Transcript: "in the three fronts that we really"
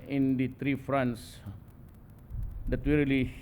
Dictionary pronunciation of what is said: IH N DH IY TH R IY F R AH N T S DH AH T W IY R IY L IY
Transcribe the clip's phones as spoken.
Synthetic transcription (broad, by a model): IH N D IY T R IY F R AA N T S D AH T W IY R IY L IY